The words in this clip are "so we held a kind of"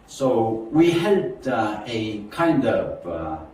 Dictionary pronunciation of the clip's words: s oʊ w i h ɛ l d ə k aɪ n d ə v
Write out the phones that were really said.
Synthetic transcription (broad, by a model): s oʊ w i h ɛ d ə k aɪ n d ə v